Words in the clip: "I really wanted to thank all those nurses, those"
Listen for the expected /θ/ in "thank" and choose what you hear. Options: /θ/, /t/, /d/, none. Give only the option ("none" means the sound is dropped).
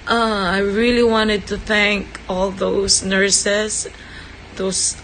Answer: /θ/